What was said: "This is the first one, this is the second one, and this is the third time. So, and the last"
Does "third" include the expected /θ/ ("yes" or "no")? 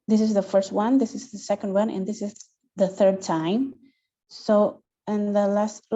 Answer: yes